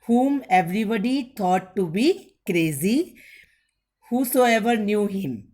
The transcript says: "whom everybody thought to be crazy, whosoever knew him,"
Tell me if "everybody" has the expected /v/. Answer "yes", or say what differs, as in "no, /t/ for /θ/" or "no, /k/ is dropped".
yes